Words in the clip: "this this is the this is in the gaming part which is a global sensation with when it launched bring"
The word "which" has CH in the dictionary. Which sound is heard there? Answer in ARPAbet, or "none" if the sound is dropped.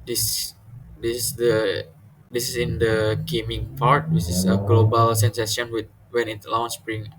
S